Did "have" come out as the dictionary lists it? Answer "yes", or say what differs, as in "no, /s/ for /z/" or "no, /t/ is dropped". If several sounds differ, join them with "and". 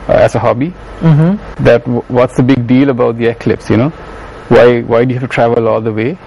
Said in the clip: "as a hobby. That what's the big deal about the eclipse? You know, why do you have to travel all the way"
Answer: no, /f/ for /v/